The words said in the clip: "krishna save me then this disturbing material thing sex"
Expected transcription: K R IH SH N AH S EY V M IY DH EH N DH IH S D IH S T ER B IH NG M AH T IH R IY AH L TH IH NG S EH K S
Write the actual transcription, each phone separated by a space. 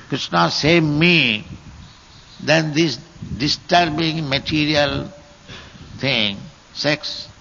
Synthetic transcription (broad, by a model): K R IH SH N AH S EY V M IY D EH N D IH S D IH S T ER B IH NG M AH T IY R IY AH L T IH NG S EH K S